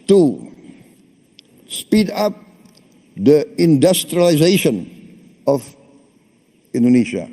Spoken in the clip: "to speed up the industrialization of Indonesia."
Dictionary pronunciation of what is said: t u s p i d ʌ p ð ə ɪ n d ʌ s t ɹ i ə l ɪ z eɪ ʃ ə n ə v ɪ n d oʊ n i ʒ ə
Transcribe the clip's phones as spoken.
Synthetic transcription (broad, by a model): t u s p i d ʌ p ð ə ɪ n d ʌ s t ɹ i ə l ɪ z eɪ ʃ ə n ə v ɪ n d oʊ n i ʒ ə